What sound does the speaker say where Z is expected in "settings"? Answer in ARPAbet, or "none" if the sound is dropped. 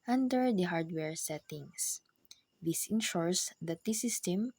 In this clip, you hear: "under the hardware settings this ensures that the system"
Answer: S